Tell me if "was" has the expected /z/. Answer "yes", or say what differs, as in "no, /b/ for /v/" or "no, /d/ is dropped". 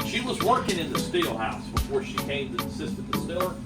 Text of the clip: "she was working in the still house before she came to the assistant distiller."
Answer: yes